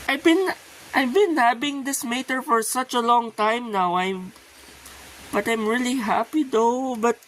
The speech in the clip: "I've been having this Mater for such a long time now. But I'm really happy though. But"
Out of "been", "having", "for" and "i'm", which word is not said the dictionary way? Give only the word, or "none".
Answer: having